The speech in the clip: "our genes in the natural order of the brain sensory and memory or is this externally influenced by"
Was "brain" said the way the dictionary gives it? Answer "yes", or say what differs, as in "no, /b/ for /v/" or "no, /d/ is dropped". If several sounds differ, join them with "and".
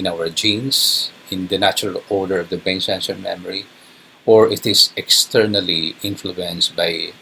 no, /ɹ/ is dropped